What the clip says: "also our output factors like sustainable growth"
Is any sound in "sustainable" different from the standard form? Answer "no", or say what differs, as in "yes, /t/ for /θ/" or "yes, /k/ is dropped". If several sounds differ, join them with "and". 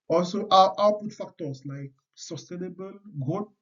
no